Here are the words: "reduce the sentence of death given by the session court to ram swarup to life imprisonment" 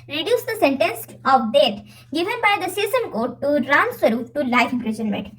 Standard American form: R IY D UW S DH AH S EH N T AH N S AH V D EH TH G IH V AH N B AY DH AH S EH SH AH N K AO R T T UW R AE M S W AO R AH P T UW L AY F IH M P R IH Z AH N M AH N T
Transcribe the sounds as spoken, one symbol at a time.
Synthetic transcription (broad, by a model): R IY D UW S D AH S EH N T AH N S AH V D EH T G IH V AH N B AY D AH S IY S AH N K AO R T T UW R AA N S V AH R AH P T UW L AY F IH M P R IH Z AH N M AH N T